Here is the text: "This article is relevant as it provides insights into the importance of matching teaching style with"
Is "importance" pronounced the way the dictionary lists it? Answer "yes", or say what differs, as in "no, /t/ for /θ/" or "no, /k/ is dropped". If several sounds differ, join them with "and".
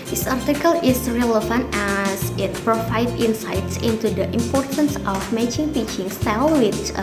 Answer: yes